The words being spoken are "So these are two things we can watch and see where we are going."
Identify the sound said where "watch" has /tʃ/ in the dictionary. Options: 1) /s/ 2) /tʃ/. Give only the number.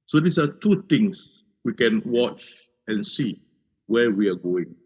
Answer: 2